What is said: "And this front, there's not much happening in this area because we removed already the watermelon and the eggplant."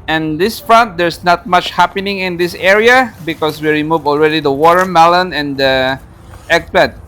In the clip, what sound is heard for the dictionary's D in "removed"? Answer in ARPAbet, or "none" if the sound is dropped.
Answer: none